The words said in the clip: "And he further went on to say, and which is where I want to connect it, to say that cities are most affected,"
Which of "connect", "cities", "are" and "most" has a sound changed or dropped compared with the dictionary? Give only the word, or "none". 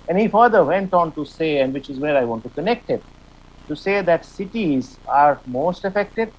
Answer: none